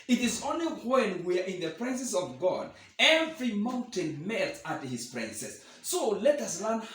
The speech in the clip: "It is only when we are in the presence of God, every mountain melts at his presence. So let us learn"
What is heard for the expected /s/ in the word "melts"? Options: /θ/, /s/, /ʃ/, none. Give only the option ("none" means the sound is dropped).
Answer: none